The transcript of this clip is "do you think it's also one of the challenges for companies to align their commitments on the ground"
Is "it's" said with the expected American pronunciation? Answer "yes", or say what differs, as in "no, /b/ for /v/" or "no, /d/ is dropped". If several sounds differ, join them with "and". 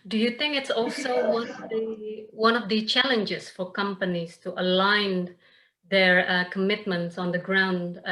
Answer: yes